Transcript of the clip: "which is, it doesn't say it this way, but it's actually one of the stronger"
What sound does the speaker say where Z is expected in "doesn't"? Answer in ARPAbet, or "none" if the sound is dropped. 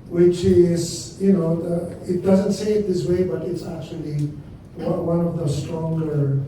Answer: Z